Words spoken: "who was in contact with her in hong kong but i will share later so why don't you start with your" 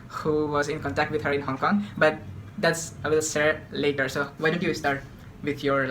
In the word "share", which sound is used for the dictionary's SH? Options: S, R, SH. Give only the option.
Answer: S